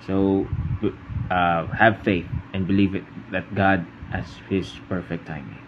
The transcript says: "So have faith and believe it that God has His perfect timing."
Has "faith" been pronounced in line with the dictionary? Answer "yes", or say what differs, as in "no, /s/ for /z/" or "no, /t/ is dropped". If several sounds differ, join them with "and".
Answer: yes